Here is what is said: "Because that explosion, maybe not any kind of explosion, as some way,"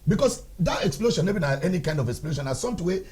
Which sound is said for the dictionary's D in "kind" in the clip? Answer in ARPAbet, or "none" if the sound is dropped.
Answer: D